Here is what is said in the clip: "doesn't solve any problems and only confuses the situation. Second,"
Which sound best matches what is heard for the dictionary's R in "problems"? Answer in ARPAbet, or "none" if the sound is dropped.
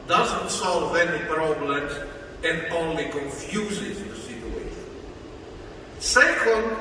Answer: R